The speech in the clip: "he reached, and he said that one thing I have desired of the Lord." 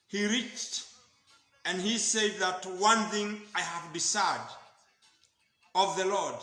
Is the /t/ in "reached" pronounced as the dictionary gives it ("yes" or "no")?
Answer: yes